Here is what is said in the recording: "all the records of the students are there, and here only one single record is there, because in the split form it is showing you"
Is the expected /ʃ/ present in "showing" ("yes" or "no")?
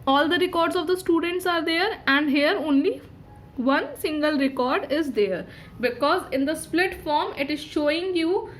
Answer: yes